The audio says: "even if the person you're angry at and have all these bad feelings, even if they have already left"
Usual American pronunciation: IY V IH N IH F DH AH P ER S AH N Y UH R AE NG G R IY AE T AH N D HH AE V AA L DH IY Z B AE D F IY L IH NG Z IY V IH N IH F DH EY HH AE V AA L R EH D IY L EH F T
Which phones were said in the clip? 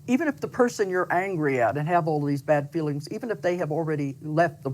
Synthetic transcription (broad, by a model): IY V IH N IH F DH AH P ER S AH N Y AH R AE NG G R IY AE T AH N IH V AA L DH IY Z B AE D F IY L IH NG Z IY V IH N IH F DH EY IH V L R EH D IY L EH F T